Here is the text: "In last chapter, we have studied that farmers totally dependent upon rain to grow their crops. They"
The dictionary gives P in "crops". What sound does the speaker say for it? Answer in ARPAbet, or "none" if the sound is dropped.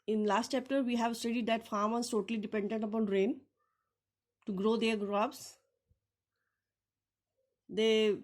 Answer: B